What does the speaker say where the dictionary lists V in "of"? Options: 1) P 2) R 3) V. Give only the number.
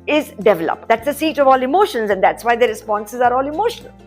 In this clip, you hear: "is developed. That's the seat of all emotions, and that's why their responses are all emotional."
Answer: 3